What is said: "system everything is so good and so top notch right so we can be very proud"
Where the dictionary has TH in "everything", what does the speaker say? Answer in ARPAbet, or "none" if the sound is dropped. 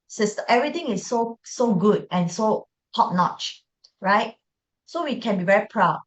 T